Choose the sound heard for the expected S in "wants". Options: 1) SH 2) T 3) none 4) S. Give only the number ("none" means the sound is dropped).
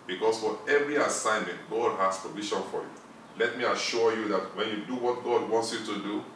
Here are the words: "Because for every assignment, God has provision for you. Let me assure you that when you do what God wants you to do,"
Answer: 4